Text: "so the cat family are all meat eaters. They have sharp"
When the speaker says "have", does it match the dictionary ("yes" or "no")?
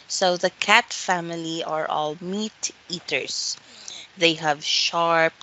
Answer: yes